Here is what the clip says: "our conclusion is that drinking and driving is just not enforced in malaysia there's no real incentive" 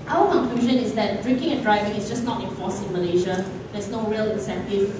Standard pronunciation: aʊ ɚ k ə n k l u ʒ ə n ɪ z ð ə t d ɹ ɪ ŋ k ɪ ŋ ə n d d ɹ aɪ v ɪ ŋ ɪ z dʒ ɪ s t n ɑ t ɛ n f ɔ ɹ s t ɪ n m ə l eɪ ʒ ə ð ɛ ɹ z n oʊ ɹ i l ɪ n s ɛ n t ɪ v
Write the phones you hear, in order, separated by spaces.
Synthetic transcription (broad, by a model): aʊ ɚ k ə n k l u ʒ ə n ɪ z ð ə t d ɹ ɪ ŋ k ɪ ŋ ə n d d ɹ aɪ v ɪ ŋ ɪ s dʒ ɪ s n ɑ t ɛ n f ɔ s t ɪ n m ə l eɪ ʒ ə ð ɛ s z n oʊ ɹ i l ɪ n s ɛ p t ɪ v